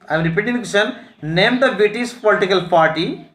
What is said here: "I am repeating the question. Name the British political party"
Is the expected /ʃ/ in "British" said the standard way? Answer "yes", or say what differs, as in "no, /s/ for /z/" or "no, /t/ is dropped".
no, /s/ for /ʃ/